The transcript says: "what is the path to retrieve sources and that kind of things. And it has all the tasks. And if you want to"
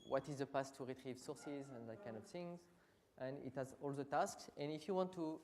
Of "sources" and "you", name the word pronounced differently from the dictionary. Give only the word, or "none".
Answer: none